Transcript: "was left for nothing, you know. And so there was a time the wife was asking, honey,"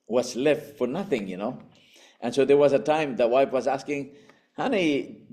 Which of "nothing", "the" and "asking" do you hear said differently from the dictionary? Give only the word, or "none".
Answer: none